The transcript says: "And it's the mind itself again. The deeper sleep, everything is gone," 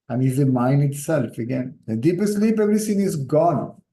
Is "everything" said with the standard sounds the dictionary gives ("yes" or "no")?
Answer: no